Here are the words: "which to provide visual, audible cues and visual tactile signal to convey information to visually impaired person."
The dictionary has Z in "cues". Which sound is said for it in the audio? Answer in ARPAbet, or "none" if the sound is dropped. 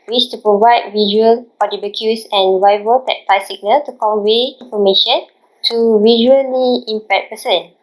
S